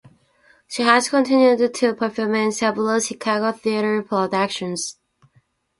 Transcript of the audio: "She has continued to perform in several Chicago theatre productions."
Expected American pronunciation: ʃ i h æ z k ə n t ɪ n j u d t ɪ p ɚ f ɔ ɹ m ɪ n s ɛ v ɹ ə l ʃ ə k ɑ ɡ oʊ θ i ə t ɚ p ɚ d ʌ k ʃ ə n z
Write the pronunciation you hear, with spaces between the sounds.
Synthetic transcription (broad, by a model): ʃ i h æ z k ə n t ɪ n j u d t ɪ p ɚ f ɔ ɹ m ɪ n s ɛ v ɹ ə l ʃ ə k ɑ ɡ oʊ θ i ə t ɚ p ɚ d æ k ʃ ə n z